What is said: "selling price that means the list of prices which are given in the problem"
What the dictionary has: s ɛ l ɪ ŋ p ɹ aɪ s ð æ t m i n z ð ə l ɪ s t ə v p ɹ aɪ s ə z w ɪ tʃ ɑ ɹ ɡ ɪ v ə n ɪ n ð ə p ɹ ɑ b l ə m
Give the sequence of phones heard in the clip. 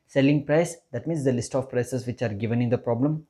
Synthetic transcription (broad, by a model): s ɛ l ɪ ŋ p ɹ aɪ s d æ t m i n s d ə l ɪ s t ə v p ɹ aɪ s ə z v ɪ tʃ ɑ ɹ ɡ ɪ v ə n ɪ n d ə p ɹ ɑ b l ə m